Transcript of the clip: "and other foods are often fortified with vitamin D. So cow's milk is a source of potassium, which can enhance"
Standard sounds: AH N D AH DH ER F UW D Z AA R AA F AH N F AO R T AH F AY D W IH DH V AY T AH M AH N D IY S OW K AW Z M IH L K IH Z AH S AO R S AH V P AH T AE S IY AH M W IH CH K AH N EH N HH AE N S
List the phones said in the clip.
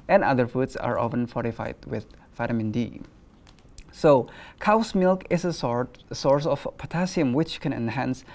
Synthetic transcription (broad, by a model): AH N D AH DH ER F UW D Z AA R AA F AH N F AO R T AH F AY D W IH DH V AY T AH M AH N D IY S OW K AW S M IH L K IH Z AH S AO R S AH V P AH T AE S IY AH M W IH CH K AH N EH N HH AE N S